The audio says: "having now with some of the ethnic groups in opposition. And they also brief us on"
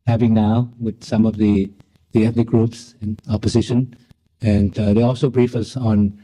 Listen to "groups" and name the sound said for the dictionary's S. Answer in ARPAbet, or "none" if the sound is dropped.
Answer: S